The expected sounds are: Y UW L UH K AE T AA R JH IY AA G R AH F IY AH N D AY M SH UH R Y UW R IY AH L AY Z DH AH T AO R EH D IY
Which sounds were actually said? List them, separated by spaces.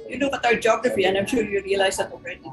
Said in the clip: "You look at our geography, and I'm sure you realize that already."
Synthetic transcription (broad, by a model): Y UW N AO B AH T AA R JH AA G R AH F IY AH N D AY M SH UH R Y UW R IY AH L AY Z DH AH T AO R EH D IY